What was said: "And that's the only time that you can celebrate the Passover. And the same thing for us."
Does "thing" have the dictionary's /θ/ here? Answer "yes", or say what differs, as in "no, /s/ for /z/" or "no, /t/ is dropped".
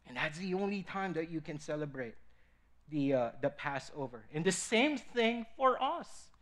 yes